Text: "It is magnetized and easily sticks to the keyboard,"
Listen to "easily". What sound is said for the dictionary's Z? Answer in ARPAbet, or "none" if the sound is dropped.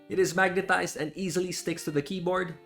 Z